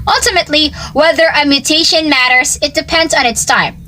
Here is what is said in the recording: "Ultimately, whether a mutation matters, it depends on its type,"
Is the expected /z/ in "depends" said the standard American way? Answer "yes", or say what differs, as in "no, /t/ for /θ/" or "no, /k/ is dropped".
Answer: yes